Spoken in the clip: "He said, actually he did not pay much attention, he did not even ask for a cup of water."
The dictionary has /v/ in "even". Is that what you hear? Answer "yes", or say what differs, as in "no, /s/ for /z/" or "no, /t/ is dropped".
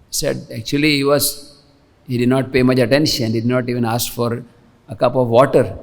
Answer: yes